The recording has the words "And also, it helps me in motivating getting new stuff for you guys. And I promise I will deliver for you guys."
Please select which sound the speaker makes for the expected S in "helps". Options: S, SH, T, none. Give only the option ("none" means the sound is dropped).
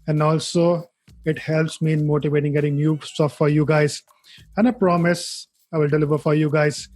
S